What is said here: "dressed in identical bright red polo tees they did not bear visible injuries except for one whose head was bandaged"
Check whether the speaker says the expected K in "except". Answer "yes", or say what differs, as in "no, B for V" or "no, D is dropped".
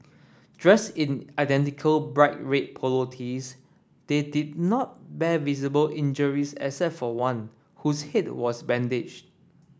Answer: no, K is dropped